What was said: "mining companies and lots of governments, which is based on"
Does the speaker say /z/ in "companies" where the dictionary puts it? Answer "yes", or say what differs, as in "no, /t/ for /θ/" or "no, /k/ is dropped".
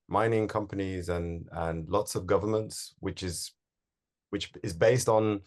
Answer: yes